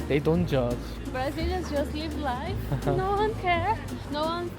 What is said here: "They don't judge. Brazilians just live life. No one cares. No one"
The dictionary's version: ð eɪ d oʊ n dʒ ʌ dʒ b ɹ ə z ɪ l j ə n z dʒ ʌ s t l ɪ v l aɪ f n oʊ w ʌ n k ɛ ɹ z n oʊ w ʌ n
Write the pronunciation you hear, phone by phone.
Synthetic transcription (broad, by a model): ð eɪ d oʊ n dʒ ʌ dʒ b ɹ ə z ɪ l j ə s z dʒ ʌ s t l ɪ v l aɪ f n oʊ w ʌ n k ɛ ɹ n oʊ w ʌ n